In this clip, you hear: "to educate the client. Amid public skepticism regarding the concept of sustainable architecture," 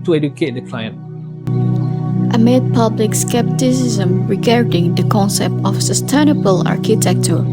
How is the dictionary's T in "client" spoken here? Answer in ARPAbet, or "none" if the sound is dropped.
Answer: T